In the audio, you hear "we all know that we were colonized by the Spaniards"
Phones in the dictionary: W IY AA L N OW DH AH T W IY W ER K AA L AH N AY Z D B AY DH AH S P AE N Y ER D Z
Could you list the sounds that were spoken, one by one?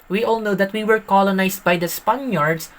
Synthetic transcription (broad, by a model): W IY AA L N OW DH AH T W IY W ER K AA L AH N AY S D B AY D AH S P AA N Y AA D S